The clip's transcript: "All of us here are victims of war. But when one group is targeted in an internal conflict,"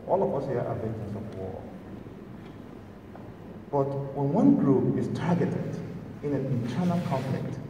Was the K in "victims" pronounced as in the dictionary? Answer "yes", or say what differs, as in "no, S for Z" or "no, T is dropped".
no, K is dropped